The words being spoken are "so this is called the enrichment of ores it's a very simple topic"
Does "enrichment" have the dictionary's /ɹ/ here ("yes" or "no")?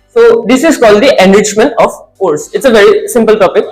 no